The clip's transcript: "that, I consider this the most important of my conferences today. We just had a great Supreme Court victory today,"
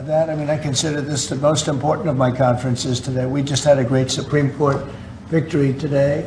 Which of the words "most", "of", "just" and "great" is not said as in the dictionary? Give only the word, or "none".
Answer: none